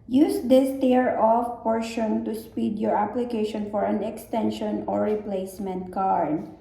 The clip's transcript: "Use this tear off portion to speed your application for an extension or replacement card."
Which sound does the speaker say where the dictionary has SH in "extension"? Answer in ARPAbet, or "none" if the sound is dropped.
SH